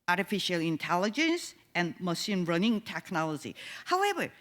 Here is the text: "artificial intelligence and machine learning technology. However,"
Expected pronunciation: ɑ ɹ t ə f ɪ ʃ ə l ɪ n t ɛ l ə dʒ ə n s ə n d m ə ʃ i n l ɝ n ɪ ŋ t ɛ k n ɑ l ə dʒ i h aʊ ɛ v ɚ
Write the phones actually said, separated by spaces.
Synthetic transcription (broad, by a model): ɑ ɹ t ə f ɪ ʃ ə l ɪ n t ɛ l ə dʒ ə n s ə n m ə s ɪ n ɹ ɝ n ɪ ŋ t ɛ k n ɑ l ə dʒ i h aʊ ɛ v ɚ